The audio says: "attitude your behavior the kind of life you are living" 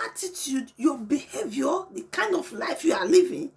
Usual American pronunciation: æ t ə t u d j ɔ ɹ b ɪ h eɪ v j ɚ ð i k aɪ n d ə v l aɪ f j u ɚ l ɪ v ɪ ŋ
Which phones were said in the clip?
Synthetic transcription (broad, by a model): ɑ t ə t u d j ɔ b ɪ h eɪ v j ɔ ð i k aɪ n d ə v l aɪ f j u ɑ l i v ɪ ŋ